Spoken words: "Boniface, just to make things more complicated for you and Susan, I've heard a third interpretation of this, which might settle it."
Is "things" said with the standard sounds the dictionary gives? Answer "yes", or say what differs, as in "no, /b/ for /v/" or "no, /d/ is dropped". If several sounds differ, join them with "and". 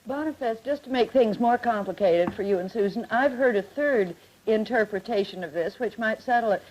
yes